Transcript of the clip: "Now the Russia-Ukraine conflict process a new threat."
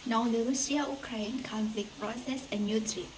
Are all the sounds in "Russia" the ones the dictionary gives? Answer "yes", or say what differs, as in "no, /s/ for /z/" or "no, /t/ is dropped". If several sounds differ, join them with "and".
no, /s/ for /ʃ/